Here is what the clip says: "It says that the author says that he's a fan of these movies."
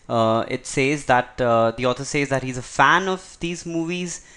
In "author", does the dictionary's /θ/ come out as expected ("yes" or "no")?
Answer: no